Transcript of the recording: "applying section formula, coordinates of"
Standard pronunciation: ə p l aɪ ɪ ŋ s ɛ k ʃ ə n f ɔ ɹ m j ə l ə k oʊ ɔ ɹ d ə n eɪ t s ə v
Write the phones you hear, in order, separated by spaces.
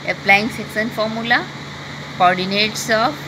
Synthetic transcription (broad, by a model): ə p l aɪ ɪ ŋ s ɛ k s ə n f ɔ ɹ m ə l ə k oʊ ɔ ɹ d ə n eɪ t s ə